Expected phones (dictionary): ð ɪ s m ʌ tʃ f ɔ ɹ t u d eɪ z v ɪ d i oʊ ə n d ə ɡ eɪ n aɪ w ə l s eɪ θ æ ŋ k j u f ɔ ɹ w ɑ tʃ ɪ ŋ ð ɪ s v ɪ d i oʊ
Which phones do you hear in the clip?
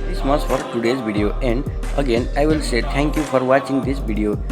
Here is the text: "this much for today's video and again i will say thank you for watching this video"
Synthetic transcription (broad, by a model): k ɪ s m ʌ s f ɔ ɹ t u d eɪ z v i d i oʊ ə n d ə ɡ eɪ n aɪ w ə l s eɪ t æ ŋ k j u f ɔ ɹ w ɑ tʃ ɪ ŋ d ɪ s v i d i oʊ